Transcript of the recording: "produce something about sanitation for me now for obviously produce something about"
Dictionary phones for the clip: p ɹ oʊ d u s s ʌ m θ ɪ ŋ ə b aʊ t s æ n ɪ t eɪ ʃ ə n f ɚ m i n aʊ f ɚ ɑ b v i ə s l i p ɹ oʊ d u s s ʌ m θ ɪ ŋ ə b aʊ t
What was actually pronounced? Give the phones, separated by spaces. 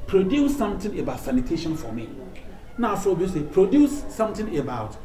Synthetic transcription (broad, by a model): p ɹ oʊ d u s s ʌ m t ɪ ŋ ə b aʊ t s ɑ n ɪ t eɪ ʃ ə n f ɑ m i n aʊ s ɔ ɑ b i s i p ɹ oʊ d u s s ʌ m t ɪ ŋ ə b aʊ t